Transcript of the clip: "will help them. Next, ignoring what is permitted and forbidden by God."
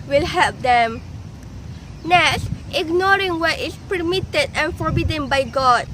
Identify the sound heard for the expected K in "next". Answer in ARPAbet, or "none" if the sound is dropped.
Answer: none